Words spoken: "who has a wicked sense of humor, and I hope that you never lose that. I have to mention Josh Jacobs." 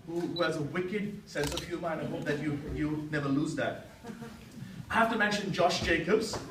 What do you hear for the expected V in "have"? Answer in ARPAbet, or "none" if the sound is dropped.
F